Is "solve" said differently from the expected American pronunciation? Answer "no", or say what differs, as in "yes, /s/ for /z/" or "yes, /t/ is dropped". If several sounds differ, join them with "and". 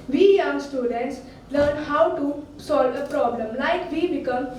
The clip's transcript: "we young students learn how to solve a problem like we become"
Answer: no